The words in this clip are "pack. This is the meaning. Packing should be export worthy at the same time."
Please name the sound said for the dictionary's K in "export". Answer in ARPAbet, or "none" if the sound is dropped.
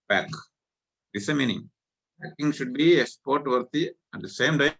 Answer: none